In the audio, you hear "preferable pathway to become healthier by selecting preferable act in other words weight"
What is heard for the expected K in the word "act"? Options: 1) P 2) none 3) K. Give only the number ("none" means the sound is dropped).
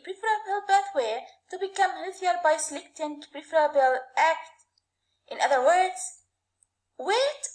3